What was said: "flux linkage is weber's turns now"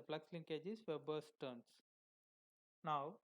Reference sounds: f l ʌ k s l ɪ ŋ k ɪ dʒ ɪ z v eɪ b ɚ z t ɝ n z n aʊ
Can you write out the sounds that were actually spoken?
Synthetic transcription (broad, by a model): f l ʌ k s l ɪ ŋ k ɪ dʒ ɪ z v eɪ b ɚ s t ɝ n s n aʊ